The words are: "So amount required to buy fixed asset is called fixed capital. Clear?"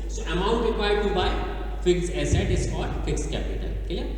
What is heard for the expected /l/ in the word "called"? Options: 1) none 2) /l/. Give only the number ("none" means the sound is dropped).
1